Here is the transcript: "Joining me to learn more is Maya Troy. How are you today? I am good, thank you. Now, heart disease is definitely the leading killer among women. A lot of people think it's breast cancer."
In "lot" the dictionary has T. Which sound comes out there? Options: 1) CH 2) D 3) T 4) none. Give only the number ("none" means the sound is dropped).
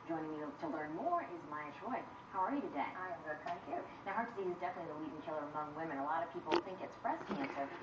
3